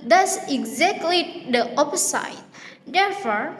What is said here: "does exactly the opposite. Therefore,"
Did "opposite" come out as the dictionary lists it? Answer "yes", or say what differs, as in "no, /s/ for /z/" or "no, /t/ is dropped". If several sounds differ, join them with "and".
no, /s/ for /z/